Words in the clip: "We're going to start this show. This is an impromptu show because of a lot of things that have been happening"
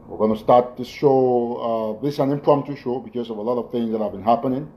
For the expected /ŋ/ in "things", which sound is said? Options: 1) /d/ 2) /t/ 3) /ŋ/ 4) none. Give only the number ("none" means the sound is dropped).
3